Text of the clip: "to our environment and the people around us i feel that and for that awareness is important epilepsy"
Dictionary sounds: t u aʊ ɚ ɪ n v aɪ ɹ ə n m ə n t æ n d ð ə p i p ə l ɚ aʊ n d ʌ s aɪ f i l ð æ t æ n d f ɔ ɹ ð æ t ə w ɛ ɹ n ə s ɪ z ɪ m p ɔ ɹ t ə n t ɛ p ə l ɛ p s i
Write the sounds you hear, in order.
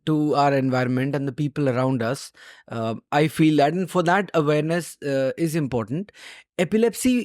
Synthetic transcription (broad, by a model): t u aʊ ɚ ɪ n v aɪ ɹ ə n m ə n t æ n d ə p i p ə l ɚ aʊ n d ʌ s aɪ f i l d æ t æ n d f ɔ ɹ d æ t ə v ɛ ɹ n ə s ɪ z ɪ m p ɔ ɹ t ə n t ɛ p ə l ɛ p s i